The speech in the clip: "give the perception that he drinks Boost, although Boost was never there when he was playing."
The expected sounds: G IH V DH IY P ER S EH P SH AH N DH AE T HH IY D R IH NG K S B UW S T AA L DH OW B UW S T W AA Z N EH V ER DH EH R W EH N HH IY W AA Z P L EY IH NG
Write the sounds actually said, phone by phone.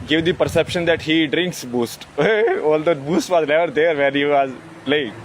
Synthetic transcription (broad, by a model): G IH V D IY P ER S EH P SH AH N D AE T HH IY D R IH NG K S B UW S T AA L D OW B UW S T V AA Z L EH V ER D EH R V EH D HH IY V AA Z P L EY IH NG